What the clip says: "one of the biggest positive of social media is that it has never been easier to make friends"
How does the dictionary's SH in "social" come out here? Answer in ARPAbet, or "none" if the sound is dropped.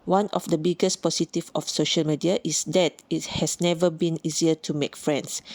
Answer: SH